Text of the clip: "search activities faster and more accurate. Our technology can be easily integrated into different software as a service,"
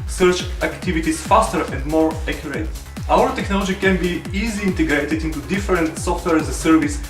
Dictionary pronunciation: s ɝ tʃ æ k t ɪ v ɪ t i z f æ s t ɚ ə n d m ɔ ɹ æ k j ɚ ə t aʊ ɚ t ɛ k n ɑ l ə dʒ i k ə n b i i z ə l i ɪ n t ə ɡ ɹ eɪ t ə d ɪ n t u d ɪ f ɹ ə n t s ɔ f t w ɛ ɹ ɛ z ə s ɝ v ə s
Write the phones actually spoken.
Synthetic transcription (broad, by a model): s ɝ tʃ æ k t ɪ v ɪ t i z f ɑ s t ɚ ə n d m ɔ ɹ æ k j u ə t aʊ ɚ t ɛ k n ɑ l ə dʒ i k ə n b i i z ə i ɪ n t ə ɡ ɹ eɪ t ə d ɪ n t u d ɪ f ɹ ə n t s ɔ f t w ɛ ɹ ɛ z ə s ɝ v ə s